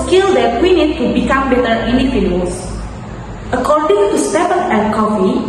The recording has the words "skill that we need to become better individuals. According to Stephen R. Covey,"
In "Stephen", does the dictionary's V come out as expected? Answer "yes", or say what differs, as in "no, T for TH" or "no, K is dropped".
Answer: no, P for V